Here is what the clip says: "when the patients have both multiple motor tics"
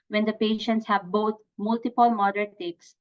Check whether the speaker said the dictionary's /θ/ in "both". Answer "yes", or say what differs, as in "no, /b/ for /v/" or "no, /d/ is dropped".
no, /t/ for /θ/